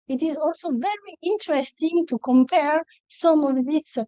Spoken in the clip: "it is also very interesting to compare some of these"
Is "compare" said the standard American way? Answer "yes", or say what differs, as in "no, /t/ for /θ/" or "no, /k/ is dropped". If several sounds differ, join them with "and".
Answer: yes